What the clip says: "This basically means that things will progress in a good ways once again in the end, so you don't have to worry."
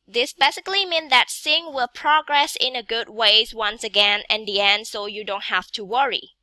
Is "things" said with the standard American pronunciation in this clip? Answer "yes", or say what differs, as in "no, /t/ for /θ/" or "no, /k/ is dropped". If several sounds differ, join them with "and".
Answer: no, /s/ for /θ/ and /z/ is dropped